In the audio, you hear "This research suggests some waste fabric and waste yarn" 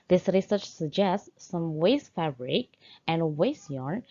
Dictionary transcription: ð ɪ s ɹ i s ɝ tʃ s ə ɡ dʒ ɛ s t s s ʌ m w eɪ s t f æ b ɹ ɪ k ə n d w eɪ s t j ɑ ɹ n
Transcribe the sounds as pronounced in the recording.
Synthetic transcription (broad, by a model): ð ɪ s ɹ i s ɝ tʃ s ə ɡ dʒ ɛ s t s s ʌ m w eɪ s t f æ b ɹ ɪ k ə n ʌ w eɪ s j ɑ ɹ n